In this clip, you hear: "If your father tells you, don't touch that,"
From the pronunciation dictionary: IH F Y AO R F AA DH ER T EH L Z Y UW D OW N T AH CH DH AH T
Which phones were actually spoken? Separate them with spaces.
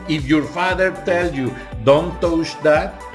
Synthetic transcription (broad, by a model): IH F Y AO R F AA DH ER T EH L Y UW D OW N T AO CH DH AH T